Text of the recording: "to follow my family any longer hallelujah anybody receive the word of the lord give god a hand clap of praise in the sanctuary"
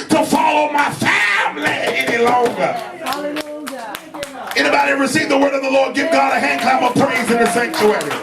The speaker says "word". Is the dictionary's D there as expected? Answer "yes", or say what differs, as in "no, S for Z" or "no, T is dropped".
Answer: yes